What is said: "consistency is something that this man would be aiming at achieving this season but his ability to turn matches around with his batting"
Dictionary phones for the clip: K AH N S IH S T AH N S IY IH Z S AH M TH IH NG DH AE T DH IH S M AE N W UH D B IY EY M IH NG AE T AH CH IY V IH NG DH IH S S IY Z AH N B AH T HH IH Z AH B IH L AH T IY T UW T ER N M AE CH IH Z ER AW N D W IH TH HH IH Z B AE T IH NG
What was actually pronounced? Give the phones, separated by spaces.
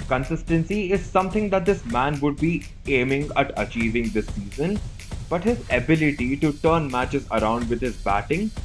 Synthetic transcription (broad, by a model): K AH N S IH S T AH N S IY IH Z S AH M T IH NG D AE T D IH S M AE N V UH D B IY EY M IH NG AE T AH CH IY V IH NG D IH S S IY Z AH N B AH T HH IH Z AH B IH L AH T IY T UW T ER N M AE CH IH Z ER AW N D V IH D HH IH Z B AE T IH NG